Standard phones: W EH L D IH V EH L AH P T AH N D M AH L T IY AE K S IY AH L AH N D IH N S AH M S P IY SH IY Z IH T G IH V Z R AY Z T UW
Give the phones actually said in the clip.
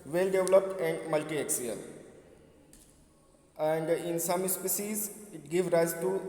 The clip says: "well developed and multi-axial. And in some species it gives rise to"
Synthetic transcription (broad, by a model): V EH L D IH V L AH P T AH N D M AH L T IY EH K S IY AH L AH N D IH N S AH M S P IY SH IY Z IH T G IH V R AY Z T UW